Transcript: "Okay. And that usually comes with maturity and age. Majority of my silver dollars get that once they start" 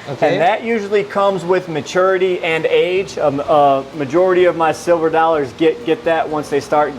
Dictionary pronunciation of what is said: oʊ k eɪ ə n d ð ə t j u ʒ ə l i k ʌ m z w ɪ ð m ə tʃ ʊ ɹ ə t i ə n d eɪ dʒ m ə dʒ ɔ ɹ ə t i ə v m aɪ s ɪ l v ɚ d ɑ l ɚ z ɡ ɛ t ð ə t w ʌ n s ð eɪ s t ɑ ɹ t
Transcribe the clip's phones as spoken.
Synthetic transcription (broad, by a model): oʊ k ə n ð ə t j u ʒ l i k ʌ m z w ɪ ð m ə tʃ ʊ ɹ ə t i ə n eɪ dʒ m ə dʒ ɔ ɹ ə t i ə v m aɪ s ɪ l v ɚ d ɑ l ɚ z ɡ ɛ t ð ə t w ʌ n s ð eɪ s t ɑ ɹ t